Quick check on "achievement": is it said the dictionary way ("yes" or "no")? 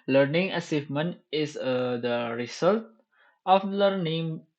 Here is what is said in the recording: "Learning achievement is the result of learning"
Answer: no